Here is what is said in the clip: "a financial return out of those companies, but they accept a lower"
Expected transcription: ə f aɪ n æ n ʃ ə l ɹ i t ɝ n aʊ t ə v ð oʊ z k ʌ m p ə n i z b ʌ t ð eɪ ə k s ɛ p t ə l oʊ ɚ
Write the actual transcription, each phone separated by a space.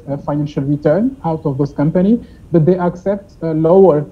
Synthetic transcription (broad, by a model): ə f aɪ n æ n ʃ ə l ɹ i t ɝ n aʊ t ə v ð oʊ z k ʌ m p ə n i b ʌ t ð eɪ ə k s ɛ p t l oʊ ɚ